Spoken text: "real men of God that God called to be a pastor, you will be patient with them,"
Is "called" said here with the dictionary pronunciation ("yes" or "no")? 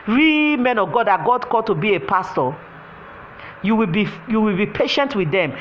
no